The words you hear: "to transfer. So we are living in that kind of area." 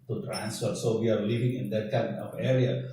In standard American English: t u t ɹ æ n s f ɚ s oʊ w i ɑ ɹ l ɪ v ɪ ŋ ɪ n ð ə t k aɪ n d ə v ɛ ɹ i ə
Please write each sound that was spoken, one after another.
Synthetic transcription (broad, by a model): t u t ɹ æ n s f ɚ s oʊ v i ɑ ɹ l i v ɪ ŋ ɪ n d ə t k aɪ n ə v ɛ ɹ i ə